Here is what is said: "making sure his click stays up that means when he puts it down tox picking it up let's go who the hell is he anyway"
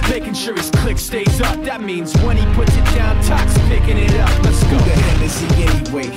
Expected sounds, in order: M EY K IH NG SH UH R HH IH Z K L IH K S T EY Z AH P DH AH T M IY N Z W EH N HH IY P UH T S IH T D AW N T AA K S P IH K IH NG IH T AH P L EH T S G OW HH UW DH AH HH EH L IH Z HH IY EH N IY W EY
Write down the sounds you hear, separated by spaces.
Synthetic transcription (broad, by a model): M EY K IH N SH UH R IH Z K L IH K S T EY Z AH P DH AH T M IY N Z W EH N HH IY P UH T S IH T D AW N T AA K S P IH K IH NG IH T AH P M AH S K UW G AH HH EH N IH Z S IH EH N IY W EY